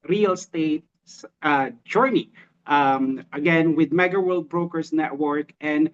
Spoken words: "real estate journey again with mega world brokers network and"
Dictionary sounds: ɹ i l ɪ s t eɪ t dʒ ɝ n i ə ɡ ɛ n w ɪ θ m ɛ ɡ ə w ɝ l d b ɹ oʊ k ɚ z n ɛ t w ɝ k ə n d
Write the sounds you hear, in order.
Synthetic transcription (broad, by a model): ɹ i l s t eɪ t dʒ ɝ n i ə ɡ ɛ n w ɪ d m ɛ ɡ ə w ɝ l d b ɹ oʊ k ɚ s n ɛ t w ɝ k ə n d